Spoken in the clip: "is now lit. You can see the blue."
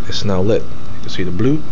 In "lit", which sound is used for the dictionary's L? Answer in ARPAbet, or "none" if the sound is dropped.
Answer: L